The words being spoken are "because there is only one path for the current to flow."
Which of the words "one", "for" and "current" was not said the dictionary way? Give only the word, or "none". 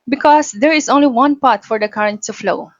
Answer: none